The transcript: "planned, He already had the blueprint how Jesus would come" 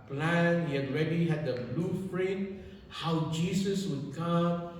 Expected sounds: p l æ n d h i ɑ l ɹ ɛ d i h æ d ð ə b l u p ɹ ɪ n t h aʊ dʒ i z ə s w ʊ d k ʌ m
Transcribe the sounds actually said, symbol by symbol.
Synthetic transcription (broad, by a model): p l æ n h i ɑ n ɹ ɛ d i h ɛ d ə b l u f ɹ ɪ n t h aʊ dʒ i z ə s w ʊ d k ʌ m